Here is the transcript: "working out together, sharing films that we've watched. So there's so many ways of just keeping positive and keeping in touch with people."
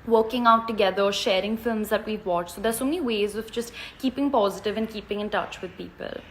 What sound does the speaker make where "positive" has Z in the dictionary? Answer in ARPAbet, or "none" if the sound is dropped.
Z